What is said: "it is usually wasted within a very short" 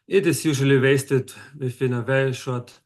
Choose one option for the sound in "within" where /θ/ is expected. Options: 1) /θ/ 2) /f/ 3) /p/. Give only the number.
2